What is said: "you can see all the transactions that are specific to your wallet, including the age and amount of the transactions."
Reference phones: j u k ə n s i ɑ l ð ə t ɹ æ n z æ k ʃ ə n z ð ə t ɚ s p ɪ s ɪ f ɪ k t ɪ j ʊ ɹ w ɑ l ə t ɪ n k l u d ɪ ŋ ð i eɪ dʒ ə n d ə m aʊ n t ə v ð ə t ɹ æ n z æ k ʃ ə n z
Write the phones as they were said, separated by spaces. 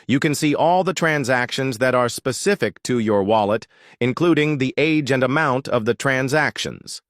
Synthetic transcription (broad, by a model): j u k ə n s i ɑ l ð ə t ɹ æ n z æ k ʃ ə n z ð ə t ɚ s p ɪ s ɪ f ɪ k t ɪ j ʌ ɹ w ɑ l ə t ɪ n k l u d ɪ ŋ ð i eɪ dʒ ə n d ə m aʊ n t ə v ð ə t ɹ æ n z æ k ʃ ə n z